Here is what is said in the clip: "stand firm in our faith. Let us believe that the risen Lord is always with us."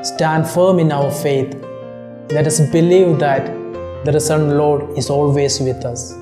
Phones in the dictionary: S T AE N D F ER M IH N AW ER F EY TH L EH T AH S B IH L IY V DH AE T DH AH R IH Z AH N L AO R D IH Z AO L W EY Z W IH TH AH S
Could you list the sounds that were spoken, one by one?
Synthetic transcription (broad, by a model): S T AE N D F ER M IH N AW ER F EY T L EH T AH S B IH L IY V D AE T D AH R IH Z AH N L AO R D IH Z AO L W EY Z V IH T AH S